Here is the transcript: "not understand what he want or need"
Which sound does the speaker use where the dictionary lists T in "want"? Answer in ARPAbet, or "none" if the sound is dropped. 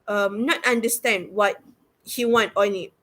T